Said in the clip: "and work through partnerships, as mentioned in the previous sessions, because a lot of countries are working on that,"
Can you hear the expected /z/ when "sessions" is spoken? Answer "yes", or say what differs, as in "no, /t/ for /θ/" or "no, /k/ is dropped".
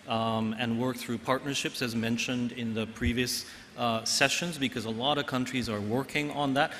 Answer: yes